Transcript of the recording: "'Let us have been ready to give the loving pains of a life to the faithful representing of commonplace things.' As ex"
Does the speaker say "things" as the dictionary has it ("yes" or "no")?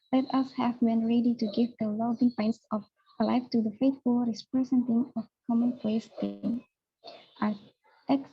no